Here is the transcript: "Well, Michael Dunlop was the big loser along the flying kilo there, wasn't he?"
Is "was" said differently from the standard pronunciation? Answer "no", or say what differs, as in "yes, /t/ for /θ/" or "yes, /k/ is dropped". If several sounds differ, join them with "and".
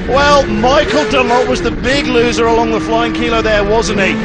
no